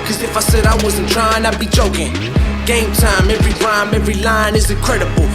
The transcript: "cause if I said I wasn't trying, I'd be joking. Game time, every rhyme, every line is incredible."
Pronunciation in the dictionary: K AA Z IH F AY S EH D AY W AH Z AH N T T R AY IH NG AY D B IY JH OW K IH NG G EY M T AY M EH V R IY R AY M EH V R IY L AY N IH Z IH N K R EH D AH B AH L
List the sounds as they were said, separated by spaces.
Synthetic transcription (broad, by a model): K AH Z IH F AY S EH D AY W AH Z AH N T T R AY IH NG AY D B IY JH OW K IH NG G EY M T AY M EH V R IY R AY M EH V R IY L AY N IH Z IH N K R EH D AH B L